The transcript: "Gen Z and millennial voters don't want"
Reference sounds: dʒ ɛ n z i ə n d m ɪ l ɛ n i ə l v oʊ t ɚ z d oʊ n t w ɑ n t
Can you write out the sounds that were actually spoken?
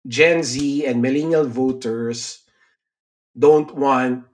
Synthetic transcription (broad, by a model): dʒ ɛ n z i ə n d m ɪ l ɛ n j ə l v oʊ t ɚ s d oʊ n t w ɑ n t